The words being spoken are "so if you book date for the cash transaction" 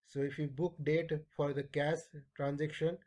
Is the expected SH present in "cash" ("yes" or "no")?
no